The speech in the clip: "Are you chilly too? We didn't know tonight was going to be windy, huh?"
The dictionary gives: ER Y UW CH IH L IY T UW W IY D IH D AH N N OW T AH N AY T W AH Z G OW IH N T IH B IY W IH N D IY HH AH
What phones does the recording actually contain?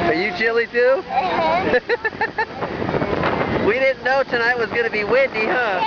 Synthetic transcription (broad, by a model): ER Y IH CH IH L IY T UW W IY D IH D N N OW T AH N AY T W AH Z G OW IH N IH B IY W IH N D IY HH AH